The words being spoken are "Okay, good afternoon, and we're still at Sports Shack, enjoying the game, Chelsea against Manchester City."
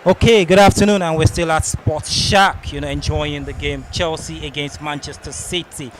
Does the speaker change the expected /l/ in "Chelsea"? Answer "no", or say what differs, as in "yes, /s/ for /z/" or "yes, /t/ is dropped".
no